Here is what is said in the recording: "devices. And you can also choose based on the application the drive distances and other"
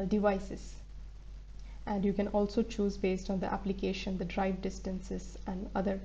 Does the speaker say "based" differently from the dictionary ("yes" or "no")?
no